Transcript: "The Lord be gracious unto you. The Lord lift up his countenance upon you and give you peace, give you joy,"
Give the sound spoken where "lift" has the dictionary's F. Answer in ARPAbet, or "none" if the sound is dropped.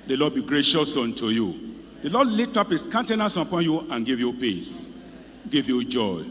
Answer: none